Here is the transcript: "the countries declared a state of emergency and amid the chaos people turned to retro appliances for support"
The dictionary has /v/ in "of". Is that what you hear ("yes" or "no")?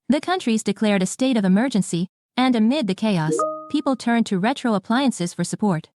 yes